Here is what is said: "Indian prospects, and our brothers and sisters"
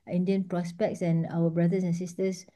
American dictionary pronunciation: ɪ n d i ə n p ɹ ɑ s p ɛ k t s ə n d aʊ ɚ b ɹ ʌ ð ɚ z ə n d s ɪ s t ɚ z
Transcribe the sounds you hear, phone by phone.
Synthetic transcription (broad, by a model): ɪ n d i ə n p ɹ ɑ s p ɛ k t s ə n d aʊ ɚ b ɹ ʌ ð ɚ s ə n s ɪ s t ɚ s